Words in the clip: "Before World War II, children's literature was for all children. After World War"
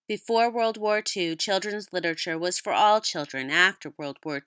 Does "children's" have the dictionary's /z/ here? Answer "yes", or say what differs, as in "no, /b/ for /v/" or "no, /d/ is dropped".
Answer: yes